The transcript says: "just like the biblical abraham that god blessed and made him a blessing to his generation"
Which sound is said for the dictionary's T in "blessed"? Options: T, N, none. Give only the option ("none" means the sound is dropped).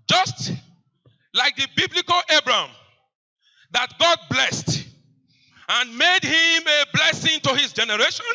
T